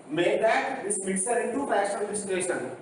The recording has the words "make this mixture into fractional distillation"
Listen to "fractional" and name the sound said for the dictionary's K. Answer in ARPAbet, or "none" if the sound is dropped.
none